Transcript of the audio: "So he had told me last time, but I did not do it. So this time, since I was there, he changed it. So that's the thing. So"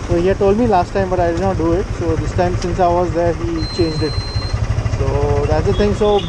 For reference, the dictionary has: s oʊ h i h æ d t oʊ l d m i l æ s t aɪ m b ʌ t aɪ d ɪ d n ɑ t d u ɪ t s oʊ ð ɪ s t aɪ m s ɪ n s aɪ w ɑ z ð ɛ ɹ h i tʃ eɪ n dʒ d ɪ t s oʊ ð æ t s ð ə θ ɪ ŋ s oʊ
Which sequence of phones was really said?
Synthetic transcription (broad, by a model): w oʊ h i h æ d t oʊ l d m i l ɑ s t aɪ m b ʌ t aɪ d ɪ d n ɑ t d u ɪ t s oʊ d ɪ s t aɪ m s ɪ n s aɪ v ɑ z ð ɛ ɹ h i tʃ eɪ n dʒ d ɪ t s oʊ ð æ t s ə t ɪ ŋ s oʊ